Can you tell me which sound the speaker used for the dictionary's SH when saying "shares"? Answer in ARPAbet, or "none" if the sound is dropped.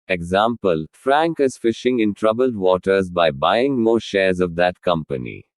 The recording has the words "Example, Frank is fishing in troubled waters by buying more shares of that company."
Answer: SH